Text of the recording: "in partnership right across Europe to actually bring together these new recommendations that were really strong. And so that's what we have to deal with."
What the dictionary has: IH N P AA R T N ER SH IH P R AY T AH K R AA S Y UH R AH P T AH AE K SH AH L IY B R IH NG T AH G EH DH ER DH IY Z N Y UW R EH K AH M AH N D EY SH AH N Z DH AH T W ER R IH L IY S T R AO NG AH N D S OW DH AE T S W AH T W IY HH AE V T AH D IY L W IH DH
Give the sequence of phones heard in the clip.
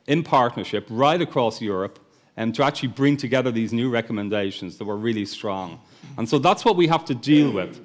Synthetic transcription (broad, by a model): IH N P AA R T N ER SH IH P R AY T AH K R AA S Y UH R AH P T AH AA K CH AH L IY B R IH NG T AH G EH DH ER DH IY Z N Y UW R EH K AH M AH N D EY SH AH N Z DH AH T W ER R IH L IY S T R AO NG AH N S OW DH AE T S W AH T W IY HH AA F T AH D IY L W IH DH